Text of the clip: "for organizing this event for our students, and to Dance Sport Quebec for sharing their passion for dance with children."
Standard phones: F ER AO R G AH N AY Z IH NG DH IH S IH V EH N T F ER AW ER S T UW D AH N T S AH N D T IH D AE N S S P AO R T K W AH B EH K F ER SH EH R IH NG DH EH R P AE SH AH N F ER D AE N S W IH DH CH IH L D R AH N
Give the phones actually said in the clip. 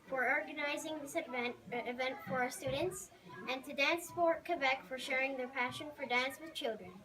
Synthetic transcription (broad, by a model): F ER AO R G AH N AY Z IH NG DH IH S IH V EH N T F ER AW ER S T UW D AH N T S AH N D T IH D AE N S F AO R K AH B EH K F ER SH EH R IH NG DH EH R P AE SH AH N F ER D AE N S W IH DH CH IH L D R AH N